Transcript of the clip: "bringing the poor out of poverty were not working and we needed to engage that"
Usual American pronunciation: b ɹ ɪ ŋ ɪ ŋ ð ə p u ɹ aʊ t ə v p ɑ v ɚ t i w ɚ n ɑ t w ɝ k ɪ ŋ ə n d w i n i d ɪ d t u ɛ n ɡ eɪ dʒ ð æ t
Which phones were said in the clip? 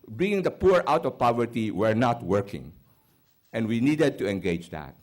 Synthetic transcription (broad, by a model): b ɹ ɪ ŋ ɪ ŋ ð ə p u ɹ aʊ t ə v p ɑ v ɚ t i w ɚ n ɑ t w ɝ k ɪ ŋ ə n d w i n i d ɪ d t u ɛ n ɡ eɪ dʒ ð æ t